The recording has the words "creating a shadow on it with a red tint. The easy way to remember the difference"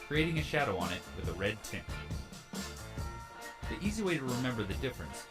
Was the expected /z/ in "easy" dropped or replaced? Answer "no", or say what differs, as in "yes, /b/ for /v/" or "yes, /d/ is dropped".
no